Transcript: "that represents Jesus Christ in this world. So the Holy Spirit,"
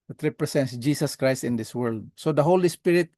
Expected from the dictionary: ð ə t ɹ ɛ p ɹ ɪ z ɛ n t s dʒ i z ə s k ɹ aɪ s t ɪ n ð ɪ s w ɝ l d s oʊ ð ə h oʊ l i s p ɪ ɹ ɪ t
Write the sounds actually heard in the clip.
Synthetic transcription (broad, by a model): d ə t ɹ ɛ p ɹ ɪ s ɛ n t s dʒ i s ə s k ɹ aɪ s t ɪ n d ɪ s w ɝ l d s oʊ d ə h oʊ l i s p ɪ ɹ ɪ t